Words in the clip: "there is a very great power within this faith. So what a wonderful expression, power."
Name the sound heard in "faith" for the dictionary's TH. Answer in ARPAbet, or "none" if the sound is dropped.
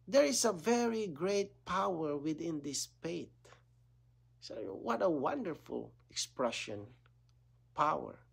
T